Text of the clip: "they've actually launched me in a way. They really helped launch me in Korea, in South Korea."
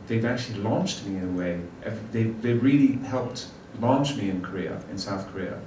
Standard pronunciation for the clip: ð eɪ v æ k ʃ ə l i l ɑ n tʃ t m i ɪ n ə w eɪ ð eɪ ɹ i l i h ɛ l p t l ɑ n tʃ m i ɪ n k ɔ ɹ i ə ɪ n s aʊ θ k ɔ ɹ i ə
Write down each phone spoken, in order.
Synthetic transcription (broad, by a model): ð eɪ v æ k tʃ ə l i l ɑ n tʃ t m i ɪ n ə w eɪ ð eɪ ɹ i l i h ɛ l p t l ɑ n tʃ m i ɪ n k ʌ ɹ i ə ɪ n s aʊ θ k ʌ ɹ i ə